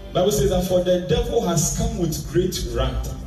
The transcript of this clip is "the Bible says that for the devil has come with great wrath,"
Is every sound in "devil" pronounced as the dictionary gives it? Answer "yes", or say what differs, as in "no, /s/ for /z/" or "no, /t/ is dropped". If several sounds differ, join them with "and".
yes